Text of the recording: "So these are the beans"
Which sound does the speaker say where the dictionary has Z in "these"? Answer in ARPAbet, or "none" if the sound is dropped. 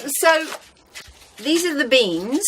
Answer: Z